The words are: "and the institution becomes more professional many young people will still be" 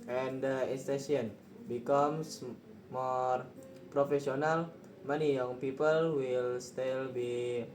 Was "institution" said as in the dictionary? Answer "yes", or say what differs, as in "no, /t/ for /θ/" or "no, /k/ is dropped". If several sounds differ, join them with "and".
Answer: no, /s/ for /t/ and /ʃ/ is dropped